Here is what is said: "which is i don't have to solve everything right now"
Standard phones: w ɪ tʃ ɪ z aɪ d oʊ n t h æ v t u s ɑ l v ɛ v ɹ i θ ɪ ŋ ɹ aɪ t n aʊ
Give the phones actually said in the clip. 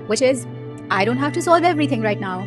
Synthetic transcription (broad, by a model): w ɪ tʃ ɪ z aɪ d oʊ n t h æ f t u s ɑ l v ɛ v ɹ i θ ɪ ŋ ɹ aɪ t n aʊ